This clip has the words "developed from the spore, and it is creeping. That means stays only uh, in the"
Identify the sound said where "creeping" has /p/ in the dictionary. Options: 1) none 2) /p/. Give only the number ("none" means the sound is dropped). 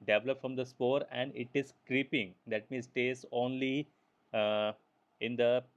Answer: 2